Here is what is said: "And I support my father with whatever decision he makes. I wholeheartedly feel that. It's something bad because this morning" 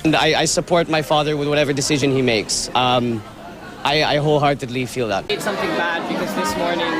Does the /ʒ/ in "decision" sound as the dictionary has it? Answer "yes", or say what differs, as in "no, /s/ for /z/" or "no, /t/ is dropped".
yes